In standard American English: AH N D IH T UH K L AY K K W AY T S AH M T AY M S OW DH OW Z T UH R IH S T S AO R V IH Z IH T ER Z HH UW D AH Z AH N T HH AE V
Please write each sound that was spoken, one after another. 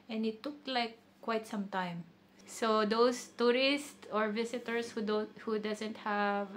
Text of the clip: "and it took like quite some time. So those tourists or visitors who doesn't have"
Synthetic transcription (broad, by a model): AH N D IH T UH K L AY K K W AY T S AH M T AY M S OW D OW S T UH R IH S T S AO R V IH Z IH T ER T HH UW D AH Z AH N T HH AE V